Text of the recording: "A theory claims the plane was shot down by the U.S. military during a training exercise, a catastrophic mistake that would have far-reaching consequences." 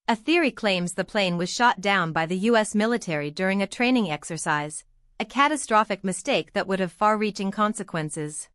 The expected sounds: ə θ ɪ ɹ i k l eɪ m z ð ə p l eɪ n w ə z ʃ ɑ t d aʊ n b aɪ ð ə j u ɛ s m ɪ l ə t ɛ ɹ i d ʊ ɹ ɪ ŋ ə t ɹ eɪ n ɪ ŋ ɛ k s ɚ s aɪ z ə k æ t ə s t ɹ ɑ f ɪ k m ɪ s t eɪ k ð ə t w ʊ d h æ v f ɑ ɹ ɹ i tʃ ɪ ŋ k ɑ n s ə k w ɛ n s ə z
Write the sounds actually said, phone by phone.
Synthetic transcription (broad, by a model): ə θ ɪ ɹ i k l eɪ m z ð ə p l eɪ n w ə z ʃ ɑ t d aʊ n b aɪ ð ə j u ɛ s m ɪ l ə t ɛ ɹ i d ʊ ɹ ɪ ŋ ə t ɹ eɪ n ɪ ŋ ɛ k s ɚ s aɪ z ə k æ t ə s t ɹ ɑ f ɪ k m ɪ s t eɪ k ð ə t w ʊ d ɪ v f ɑ ɹ ɹ i tʃ ɪ ŋ k ɑ n s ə k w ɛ n s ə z